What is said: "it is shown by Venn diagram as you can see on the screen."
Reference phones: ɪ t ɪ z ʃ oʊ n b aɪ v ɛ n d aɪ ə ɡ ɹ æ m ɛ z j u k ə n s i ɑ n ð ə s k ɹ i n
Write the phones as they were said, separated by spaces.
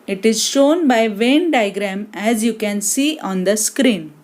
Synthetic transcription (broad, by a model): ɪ t ɪ z ʃ oʊ n b aɪ v ɛ n d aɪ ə ɡ ɹ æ m ɛ z j u k ə n s i ɑ n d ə s k ɹ i n